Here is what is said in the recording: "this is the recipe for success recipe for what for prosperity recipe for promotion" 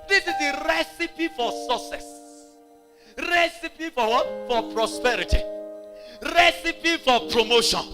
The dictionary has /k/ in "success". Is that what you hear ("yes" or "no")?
no